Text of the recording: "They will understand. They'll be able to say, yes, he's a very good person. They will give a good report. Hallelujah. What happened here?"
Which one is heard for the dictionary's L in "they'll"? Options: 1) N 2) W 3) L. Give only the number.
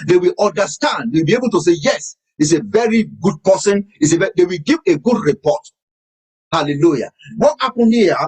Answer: 2